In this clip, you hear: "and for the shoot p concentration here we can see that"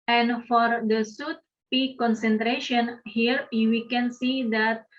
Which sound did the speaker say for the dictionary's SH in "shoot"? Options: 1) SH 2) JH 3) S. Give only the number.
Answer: 3